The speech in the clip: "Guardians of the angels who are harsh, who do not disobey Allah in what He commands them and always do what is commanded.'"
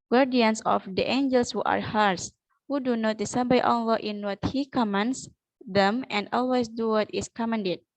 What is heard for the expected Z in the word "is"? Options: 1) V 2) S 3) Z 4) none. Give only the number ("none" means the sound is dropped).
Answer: 2